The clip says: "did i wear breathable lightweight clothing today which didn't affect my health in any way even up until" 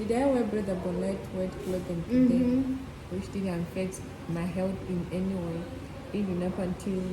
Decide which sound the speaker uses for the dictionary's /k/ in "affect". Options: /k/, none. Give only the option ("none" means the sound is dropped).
none